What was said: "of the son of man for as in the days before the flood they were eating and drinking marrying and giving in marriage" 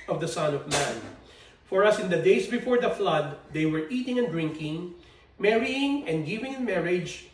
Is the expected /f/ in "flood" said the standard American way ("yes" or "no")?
yes